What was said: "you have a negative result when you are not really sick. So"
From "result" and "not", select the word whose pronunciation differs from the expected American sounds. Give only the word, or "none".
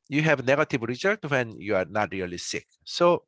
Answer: result